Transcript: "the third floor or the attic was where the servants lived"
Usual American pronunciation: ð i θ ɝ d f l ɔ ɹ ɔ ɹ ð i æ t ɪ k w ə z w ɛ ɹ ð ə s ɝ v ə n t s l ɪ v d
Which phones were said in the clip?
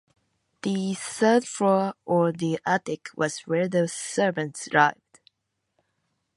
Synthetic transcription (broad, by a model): ð i s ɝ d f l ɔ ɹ ɔ ɹ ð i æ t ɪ k w ə z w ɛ ɹ ð ə s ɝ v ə n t s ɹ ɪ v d